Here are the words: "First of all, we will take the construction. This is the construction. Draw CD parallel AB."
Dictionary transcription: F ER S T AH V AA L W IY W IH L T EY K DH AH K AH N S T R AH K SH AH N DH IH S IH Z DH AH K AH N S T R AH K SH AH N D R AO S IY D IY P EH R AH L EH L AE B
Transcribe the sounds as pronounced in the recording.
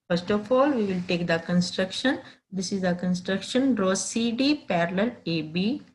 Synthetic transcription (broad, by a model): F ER S T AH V AA L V IY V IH L T EY K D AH K AH N S T R AH K SH AH N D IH S IH Z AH K AH N S T R AH K SH AH N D R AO S IY D IY P EH R AH L EH L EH B